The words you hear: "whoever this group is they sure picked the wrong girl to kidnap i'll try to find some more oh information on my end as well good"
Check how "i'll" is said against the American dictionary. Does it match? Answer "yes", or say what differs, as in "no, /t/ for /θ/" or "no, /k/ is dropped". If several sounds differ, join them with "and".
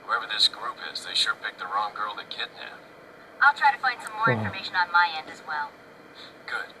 yes